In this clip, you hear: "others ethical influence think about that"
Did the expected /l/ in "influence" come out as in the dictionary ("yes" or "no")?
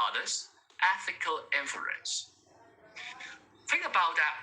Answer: no